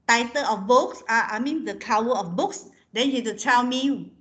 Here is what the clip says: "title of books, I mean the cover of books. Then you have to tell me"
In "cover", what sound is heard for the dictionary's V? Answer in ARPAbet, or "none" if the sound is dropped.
W